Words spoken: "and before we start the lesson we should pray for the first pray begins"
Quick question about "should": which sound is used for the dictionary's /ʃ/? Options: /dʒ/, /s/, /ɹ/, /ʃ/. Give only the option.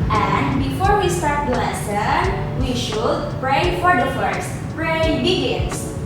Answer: /ʃ/